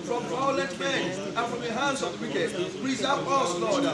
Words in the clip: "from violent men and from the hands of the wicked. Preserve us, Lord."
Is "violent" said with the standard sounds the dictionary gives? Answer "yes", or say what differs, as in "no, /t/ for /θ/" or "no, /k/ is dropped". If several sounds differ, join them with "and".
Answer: no, /n/ is dropped